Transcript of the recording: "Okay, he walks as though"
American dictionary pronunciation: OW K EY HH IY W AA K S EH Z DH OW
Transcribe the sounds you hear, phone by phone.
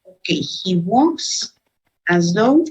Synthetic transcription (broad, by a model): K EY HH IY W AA S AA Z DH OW